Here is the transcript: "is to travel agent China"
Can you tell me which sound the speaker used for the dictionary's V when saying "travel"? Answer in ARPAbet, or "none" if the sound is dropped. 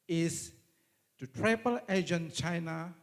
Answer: P